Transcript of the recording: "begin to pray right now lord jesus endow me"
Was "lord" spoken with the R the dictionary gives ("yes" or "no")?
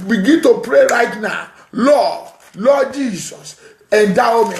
no